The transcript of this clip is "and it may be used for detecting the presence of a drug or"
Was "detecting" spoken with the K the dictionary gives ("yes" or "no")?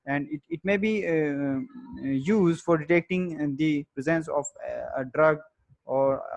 yes